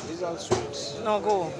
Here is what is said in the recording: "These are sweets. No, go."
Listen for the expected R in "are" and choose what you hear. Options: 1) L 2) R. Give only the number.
1